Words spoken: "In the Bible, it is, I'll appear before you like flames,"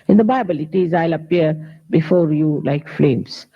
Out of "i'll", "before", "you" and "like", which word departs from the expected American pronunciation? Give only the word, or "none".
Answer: none